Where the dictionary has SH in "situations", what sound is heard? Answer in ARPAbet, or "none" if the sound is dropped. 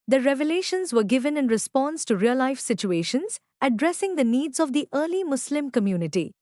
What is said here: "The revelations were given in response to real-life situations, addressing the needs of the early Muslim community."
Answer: SH